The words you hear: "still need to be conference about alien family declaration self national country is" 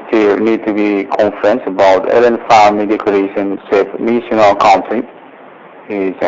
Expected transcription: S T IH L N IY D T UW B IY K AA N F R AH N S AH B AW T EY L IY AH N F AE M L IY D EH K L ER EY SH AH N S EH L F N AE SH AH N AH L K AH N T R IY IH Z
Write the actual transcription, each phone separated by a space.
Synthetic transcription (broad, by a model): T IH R N IY D T UW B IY K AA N F R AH N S AH B AW T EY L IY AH N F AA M IY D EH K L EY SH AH N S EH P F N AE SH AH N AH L K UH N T IY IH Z